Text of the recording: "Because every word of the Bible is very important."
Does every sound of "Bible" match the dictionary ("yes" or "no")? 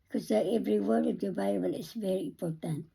no